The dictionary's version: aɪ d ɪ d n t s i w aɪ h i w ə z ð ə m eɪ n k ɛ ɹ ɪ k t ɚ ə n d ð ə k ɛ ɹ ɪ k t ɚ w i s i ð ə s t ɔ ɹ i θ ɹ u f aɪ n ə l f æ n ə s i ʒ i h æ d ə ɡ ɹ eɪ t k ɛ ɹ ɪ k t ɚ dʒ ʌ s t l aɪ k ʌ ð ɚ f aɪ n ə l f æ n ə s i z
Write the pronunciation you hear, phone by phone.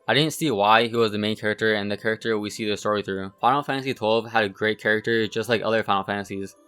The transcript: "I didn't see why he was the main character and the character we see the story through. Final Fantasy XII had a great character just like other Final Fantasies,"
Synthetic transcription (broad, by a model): aɪ d ɪ d n t s i w aɪ h i w ə z ð ə m eɪ n k ɛ ɹ ɪ k t ɚ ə n ð ə k ɛ ɹ ɪ k t ɚ w i s i ð ə s t ɔ ɹ i θ ɹ u f aɪ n l f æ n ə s i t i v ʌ d ə ɡ ɹ eɪ t k ɛ ɹ ɪ k t ɚ dʒ ʌ s t l aɪ k ʌ ð ɚ f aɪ ə l f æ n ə s i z